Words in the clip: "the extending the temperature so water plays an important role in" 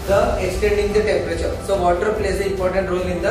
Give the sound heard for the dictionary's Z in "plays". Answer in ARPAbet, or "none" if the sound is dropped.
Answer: S